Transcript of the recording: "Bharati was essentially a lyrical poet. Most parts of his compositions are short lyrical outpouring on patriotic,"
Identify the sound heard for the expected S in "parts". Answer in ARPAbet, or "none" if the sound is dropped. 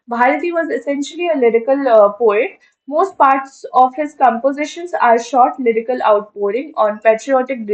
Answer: S